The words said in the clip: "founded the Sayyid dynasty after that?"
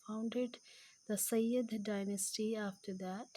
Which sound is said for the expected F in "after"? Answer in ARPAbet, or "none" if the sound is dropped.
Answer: F